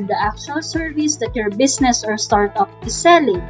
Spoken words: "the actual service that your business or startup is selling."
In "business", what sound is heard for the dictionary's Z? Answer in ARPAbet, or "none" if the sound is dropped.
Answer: S